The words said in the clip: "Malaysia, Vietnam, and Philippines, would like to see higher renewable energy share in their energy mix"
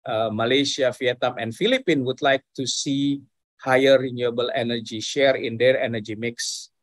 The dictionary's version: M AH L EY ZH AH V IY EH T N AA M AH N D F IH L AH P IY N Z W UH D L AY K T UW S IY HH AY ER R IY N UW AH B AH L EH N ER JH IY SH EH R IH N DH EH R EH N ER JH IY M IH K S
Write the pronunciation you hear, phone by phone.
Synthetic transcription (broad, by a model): M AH L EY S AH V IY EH T N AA M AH N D F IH L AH P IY N W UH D L AY K T UW S IY HH AY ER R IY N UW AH B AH L EH N ER JH IY SH EH R IH N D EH R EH N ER JH IY M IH K S